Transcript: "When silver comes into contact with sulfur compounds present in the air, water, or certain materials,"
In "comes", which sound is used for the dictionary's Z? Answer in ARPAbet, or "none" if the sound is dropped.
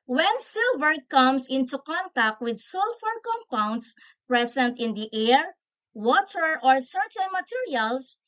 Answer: S